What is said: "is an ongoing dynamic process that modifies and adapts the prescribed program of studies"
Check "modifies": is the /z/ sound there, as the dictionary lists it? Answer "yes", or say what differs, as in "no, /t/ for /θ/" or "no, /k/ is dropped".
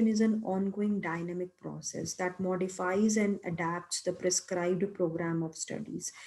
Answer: yes